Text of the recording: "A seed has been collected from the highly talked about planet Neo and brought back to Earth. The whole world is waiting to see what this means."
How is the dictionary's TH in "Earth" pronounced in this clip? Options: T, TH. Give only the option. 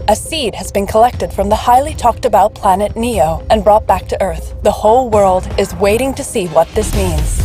TH